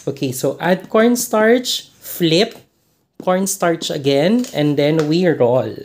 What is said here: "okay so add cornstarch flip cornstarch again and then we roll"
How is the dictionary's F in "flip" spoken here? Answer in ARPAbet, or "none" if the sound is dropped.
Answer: F